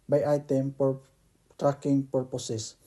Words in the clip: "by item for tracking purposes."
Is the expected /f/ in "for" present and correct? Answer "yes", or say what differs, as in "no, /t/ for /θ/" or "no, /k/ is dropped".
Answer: no, /p/ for /f/